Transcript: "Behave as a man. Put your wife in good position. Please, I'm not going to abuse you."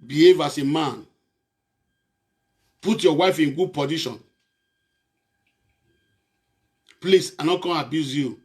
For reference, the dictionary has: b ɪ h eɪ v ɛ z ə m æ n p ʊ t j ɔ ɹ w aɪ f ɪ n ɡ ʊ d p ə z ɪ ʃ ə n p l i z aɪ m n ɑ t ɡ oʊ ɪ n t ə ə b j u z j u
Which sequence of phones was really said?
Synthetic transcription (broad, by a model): b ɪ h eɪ v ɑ s ə m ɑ n p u t j ɔ w aɪ f ɪ n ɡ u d p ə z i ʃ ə n p l i s aɪ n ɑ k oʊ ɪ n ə b j u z j u